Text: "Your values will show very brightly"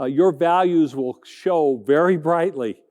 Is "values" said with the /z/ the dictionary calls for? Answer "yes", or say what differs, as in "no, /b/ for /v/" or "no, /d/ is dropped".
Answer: yes